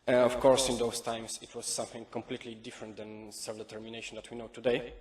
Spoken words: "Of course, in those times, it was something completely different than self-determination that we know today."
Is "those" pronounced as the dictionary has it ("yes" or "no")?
no